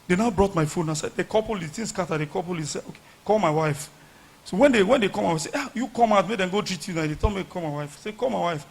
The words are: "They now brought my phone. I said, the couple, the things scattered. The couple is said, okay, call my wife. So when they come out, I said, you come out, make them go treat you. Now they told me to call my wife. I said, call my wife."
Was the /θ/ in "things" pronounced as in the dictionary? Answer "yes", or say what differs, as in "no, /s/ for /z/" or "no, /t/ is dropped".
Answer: no, /t/ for /θ/